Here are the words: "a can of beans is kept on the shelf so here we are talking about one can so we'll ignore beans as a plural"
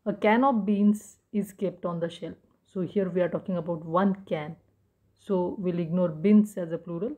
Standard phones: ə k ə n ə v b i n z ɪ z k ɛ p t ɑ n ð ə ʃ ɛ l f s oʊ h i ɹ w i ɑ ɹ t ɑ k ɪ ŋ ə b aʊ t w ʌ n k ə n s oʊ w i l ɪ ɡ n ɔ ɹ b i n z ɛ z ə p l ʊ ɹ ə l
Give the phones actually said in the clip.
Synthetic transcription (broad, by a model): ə k ə n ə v b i n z ɪ z k ɛ p t ɑ n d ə ʃ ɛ l p s oʊ h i ɹ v i ɑ ɹ t ɑ k ɪ ŋ ə b aʊ t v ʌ n k ə n s oʊ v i l ɪ ɡ n ɔ ɹ b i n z ɛ z ə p l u ɹ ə l